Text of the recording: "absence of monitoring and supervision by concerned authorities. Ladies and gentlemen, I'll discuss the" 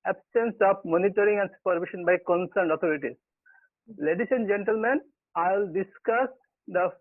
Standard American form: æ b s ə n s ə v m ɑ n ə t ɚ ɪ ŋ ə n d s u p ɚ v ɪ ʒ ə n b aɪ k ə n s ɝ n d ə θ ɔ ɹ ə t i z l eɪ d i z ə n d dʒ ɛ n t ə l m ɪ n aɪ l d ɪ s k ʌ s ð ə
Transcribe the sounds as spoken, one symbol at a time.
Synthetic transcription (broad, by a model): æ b s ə n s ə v m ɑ n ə t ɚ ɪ ŋ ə n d s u p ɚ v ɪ ʃ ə n b aɪ k ə n s ɝ n d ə t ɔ ɹ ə t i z l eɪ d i s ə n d dʒ ɛ n t ə l m ɪ n aɪ l d ɪ s k ʌ s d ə